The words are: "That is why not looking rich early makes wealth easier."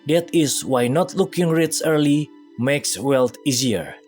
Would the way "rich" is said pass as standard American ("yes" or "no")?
no